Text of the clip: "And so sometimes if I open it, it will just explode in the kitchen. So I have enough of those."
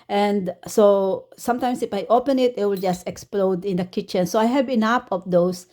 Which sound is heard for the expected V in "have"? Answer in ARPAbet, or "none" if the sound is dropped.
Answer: B